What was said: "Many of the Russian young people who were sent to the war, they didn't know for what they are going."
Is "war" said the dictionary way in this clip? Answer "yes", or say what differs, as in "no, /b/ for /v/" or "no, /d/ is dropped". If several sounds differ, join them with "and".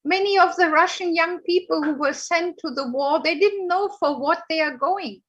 yes